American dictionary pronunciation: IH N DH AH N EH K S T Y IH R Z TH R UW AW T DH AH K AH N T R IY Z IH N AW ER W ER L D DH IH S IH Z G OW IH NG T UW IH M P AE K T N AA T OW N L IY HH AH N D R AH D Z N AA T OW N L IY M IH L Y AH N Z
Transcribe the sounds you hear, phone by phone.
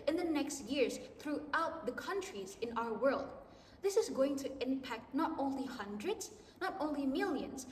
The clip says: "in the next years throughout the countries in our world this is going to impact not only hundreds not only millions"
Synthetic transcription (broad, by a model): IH N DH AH N EH K S T Y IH R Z TH R UW AW T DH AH K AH N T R IY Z IH N AW ER W ER L D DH IH S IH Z G OW IH NG T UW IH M P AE K T N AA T OW N L IY HH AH N D R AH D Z N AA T OW N L IY M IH L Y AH N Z